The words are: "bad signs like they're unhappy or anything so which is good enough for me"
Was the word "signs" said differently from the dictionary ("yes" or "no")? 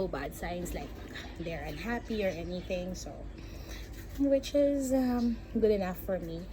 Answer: yes